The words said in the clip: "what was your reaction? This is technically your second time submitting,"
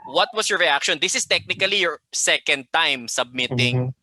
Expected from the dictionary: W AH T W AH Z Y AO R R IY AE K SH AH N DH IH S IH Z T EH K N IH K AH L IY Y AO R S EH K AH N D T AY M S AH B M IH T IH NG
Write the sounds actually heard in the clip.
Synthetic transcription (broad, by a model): W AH T W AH S Y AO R R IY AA K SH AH N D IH S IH S T EH K N IH K AH L IY Y AO R S EH K AH N D T AY M S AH B M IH T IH NG